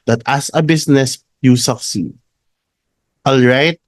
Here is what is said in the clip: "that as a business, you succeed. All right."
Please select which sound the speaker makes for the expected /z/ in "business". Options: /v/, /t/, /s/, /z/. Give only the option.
/s/